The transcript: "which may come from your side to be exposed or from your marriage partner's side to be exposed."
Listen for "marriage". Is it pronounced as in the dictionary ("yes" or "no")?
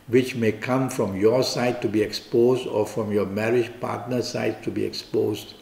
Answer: yes